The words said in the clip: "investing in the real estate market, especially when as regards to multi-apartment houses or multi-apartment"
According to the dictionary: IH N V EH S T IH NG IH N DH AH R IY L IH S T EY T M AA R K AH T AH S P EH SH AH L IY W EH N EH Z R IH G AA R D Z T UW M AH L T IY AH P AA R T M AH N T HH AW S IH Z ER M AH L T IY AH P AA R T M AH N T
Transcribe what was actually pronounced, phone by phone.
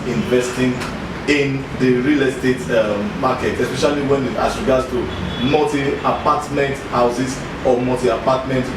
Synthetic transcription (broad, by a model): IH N V EH S T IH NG IH N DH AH R IY L IH S T EY T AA AA K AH T AH S P EH SH AH L IY W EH N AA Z R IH G AA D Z T UW M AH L T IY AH P AA T M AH N T HH AW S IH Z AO M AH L T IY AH P AA T M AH N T